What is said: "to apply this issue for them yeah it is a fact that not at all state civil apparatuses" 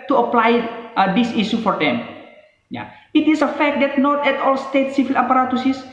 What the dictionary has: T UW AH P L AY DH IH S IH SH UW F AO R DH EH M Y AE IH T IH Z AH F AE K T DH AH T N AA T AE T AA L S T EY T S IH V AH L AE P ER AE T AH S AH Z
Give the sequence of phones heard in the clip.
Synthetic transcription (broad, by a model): T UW AH P L AY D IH S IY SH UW F AO R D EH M Y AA IH T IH S AH F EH K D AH T N AA T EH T AA L S T EY T S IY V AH L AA P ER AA T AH S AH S